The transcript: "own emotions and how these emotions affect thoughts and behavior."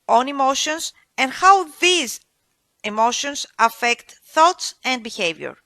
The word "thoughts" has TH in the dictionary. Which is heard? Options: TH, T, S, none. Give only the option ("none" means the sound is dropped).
TH